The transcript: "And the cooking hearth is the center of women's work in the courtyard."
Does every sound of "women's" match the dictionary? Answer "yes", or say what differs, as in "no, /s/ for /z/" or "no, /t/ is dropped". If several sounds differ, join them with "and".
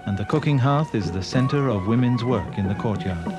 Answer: yes